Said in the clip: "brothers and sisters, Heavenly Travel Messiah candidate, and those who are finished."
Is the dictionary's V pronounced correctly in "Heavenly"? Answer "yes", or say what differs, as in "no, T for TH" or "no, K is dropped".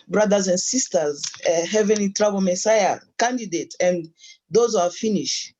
yes